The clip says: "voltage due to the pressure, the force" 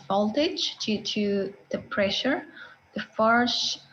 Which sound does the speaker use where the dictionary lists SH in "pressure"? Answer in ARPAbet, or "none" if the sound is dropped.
SH